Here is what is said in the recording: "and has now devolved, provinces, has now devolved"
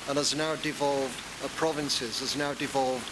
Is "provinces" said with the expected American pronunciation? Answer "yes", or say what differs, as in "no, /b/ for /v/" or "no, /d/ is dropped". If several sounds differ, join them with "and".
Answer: yes